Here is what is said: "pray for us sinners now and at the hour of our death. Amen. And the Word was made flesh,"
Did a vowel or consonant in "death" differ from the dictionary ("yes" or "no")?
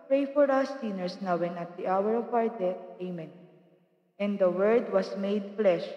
yes